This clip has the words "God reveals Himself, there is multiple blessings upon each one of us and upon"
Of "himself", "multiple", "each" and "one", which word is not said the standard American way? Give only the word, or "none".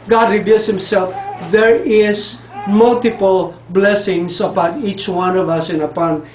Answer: none